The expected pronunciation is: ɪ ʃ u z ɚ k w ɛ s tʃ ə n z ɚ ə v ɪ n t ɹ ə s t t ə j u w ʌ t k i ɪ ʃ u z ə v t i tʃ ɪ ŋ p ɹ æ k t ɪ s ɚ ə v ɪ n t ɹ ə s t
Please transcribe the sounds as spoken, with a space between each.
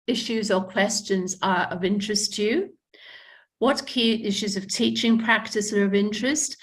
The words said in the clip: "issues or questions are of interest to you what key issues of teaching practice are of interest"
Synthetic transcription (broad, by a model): ɪ ʃ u z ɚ k w ɛ s tʃ ə n z ɚ ə v ɪ n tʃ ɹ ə s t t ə j u w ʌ t k i ɪ ʃ u z ə v t i tʃ ɪ ŋ p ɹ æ k t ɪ s ɚ ə v ɪ n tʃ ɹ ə s t